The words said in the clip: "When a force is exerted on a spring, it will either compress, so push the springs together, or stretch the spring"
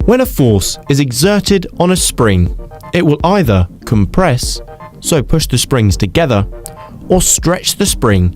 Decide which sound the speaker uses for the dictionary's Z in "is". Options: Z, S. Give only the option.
Z